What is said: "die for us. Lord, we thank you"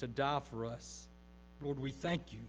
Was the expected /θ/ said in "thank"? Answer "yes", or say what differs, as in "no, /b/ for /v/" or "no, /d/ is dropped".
yes